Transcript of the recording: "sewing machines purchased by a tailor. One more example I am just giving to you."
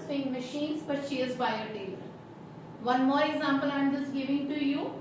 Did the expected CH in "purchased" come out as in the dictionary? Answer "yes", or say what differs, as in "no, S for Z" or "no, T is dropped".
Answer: no, SH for CH